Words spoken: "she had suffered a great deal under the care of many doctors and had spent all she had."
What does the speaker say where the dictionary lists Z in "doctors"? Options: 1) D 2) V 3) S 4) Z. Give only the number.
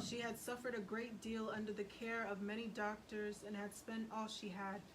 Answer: 4